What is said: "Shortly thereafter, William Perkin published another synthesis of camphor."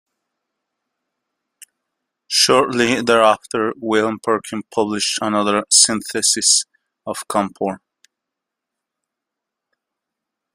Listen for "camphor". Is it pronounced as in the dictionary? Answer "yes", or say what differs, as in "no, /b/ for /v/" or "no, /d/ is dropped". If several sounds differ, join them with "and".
no, /p/ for /f/